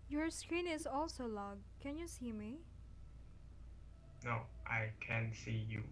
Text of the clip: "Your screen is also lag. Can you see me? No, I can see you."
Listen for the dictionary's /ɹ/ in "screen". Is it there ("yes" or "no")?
yes